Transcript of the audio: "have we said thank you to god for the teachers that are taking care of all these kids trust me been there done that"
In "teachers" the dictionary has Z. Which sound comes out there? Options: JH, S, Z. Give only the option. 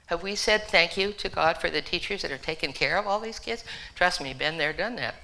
Z